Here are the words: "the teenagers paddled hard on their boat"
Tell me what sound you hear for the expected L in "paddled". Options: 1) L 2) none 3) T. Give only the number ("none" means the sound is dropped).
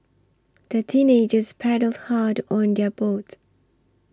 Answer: 1